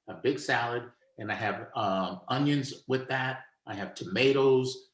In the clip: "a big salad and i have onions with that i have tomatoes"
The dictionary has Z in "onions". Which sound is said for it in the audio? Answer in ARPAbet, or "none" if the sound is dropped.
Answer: Z